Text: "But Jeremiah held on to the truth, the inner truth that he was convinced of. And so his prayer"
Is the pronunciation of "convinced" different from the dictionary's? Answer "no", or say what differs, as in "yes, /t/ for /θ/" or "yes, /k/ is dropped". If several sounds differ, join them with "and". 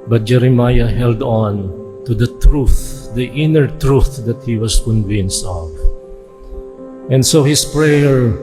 no